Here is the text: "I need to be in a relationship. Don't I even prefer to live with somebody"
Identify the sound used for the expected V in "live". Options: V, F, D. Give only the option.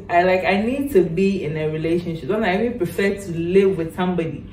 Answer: V